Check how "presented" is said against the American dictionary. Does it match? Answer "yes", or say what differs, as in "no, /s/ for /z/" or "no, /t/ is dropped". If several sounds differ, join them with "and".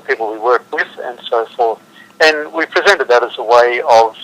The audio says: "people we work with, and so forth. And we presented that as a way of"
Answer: yes